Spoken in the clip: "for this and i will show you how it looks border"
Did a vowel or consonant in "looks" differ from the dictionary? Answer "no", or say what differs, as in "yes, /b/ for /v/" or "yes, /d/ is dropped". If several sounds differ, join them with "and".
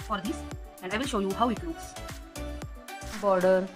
yes, /k/ is dropped